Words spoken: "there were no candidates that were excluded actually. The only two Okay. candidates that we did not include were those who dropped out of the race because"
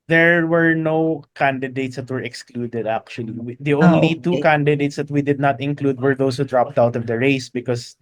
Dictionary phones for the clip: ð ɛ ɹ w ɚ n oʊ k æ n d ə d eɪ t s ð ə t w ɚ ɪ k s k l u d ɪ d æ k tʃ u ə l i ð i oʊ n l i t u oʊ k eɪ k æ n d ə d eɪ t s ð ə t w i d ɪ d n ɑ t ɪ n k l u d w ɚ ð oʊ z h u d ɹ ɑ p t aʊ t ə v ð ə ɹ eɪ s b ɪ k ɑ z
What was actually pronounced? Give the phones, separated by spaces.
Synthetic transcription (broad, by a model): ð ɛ ɹ w ɚ n oʊ k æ n d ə d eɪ t s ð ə t w ɚ ɪ k s k l u d ɪ d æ k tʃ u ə l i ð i oʊ n l i t u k k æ n d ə d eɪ t s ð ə t w i d ɪ d n ɑ t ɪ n k l u d w ɚ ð oʊ s h u d ɹ ɑ p t aʊ t ə v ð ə ɹ eɪ s b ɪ k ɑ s